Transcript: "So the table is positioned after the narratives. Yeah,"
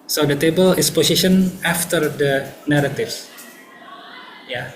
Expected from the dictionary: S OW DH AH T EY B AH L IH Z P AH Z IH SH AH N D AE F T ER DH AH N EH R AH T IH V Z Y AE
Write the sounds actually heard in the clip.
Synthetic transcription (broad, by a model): S OW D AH T EY B AH L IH S P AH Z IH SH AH N AA F T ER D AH N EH R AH T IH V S Y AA